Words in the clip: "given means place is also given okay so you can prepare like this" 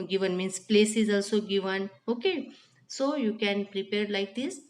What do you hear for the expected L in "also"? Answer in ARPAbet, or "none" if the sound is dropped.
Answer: L